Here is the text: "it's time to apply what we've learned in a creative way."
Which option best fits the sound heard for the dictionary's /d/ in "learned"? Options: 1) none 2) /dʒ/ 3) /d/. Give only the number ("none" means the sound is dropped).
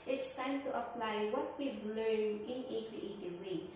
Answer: 1